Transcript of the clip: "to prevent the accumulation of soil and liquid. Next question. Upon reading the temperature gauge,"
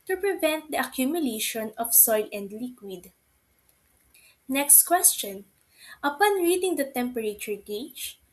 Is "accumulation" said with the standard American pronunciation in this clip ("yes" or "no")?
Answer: yes